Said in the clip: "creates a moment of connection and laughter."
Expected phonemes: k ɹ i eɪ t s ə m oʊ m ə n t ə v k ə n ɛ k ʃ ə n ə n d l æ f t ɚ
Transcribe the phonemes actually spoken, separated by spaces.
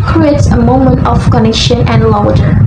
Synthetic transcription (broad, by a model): k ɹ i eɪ t s ə m oʊ m ə n t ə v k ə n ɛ ʃ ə n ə n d l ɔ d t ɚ